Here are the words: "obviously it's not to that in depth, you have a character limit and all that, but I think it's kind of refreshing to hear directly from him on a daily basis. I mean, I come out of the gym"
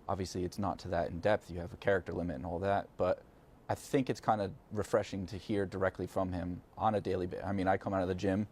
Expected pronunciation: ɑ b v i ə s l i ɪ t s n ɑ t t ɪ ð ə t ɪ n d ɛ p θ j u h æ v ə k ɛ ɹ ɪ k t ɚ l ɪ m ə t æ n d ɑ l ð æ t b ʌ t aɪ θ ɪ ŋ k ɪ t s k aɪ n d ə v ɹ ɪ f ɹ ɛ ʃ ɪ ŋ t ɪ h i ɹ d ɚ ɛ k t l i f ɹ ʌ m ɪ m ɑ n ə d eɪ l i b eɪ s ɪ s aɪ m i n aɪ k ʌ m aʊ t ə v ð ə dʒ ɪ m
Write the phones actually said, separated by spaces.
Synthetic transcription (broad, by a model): ɑ b v i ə s l i ɪ t s n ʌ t t ɪ ð ə t ɪ n d ɛ p θ j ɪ v ə k ɛ ɹ ɪ k t ɚ l ɪ m ə t n ɑ l ð æ t b ʌ t aɪ θ ɪ ŋ k ɪ t s k aɪ n d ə ɹ ɪ f ɹ ɛ ʃ ɪ ŋ t ɪ h i ɹ d ɚ ɛ k t l i f ɹ ʌ m ɪ m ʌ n ə d eɪ l i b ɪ aɪ m i n aɪ k ʌ m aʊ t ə ð ə dʒ ɪ m